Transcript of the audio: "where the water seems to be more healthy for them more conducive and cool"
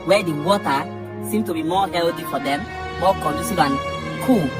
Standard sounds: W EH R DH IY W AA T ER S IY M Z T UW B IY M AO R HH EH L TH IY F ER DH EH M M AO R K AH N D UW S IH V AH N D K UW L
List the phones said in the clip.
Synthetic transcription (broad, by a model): W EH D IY W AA T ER S IY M T UW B IY M AO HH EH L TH IY F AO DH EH M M AO K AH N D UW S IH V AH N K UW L